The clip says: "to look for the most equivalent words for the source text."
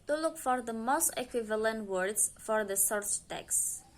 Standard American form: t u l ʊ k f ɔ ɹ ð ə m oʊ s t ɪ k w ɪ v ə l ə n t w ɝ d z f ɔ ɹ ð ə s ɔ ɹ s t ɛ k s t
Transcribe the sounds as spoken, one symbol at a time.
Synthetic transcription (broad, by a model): t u l ʊ k f ɔ ɹ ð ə m oʊ s t ɪ k w ɪ v ə l ə n t w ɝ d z f ɔ ɹ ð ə s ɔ ɹ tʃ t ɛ k s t